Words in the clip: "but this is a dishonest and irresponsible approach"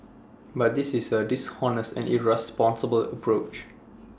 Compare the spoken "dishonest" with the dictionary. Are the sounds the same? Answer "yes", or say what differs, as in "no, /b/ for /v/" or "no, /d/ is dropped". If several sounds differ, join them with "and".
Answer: no, /t/ is dropped